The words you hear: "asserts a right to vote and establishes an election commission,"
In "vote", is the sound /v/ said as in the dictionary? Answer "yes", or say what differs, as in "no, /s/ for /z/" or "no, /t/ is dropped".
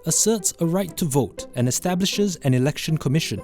yes